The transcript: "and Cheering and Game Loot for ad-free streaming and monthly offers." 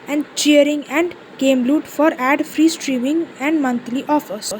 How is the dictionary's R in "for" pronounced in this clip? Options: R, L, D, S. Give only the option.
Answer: R